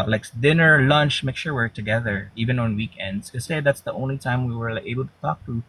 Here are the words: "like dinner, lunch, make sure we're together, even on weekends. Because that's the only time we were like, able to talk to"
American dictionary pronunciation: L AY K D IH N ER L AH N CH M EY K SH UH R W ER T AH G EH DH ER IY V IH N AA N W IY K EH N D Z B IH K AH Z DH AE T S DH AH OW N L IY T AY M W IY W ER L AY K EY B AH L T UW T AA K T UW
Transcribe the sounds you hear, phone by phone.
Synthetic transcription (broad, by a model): L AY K D IH N ER L AH N CH M EY K SH UH R W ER T AH G EH DH ER IY V IH N AA N W IY K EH N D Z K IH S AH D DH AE T S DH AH OW N L IY T AY M W IY W ER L EY B AH L T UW T AA K T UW